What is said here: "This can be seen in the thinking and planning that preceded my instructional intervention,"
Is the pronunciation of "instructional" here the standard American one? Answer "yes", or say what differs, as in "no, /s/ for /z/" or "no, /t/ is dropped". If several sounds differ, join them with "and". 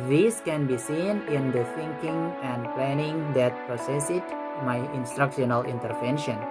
yes